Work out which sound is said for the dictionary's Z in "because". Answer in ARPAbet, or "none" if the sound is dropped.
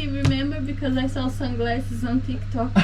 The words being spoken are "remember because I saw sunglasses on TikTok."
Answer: Z